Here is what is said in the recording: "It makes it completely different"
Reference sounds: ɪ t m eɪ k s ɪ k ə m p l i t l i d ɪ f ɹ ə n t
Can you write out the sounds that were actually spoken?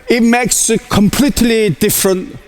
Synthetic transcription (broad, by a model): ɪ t m eɪ k s k ə m p l i t l i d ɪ f ɹ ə n t